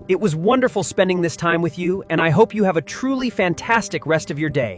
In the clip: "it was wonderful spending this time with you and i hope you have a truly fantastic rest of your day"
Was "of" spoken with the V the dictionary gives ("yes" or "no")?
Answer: yes